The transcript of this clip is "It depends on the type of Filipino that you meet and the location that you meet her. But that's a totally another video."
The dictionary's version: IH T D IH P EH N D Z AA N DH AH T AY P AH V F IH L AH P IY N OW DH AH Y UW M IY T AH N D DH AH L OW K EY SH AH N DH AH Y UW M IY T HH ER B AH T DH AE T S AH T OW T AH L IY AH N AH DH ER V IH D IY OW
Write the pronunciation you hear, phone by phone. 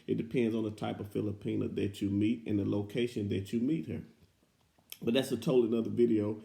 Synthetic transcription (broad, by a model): IH T D IH P EH N D Z N DH AH T AY P AH V F IH L AH P IY N OW DH AH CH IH M IY T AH N DH AH L OW K EY SH AH N DH AH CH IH M IY T HH ER B AH T DH AE T S AH T OW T L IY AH N AH DH ER V IH D IY OW